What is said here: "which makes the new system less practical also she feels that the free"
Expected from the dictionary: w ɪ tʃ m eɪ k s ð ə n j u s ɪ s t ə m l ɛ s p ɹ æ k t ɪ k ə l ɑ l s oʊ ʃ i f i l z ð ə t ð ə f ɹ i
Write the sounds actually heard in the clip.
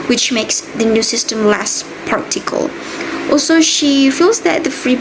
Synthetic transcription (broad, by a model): w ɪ tʃ m eɪ k s ð ə n j u s ɪ s t ə m l ɛ s p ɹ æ k t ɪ k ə l ɑ l s oʊ ʃ i f i l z ð ə t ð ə f ɹ i